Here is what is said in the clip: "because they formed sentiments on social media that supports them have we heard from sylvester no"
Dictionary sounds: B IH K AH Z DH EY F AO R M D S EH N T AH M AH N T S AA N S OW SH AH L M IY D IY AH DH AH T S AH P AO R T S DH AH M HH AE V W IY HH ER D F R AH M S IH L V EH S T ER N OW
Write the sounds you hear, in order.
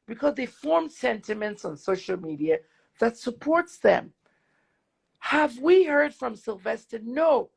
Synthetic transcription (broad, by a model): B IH K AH Z DH EY F AO R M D S EH N T AH M AH N T S N S OW SH L M IY D IY AH DH AH T S AH P AO R T S DH AH M HH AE V W IY HH ER D F R AH M S IH L V EH S T ER N OW